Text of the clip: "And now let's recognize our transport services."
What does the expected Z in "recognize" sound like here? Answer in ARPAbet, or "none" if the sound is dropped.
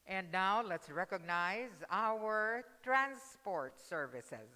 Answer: Z